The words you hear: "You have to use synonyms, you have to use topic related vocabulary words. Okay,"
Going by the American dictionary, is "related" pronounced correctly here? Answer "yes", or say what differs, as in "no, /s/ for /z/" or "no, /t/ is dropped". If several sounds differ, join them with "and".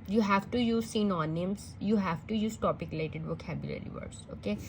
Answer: no, /l/ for /ɹ/ and /l/ is dropped